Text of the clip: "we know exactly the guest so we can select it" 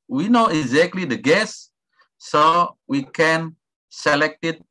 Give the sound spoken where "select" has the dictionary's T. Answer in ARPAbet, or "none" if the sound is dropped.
T